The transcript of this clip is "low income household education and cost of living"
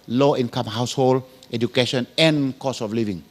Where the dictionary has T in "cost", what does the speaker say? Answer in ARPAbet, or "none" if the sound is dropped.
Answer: none